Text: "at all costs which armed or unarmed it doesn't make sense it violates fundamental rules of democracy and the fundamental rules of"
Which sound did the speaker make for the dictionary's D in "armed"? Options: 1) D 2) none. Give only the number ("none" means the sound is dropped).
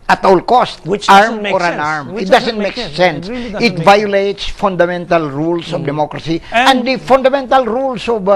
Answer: 2